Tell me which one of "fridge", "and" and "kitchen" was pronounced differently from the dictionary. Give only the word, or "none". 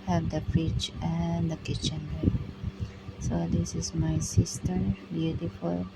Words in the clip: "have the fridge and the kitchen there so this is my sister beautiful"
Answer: fridge